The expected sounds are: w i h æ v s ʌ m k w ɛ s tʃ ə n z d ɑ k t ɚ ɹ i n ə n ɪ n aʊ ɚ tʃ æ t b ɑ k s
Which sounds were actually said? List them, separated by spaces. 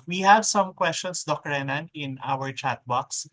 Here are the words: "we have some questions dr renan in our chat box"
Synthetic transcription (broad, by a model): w i h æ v s ʌ m k w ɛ s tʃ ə n s d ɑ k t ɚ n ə n ɪ n aʊ ɚ tʃ æ t b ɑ k s